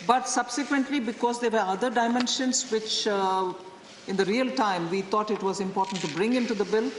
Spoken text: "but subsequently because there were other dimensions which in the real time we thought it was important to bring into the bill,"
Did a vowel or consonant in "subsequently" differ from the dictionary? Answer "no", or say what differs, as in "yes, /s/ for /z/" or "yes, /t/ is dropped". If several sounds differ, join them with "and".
no